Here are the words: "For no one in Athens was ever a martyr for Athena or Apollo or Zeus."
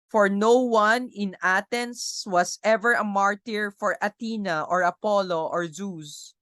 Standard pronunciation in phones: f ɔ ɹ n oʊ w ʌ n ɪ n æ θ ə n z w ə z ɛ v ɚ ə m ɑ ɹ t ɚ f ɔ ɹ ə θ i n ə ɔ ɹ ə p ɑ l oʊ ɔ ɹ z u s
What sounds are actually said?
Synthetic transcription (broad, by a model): f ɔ ɹ n oʊ w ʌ n ɪ n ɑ t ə n s w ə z ɛ v ɚ ə m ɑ ɹ t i f ɔ ɹ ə t i n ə ɔ ɹ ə p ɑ l oʊ ɔ ɹ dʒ u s